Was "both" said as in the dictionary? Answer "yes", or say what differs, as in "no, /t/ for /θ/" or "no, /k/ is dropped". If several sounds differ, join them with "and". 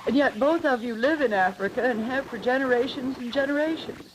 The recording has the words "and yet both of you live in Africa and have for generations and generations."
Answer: yes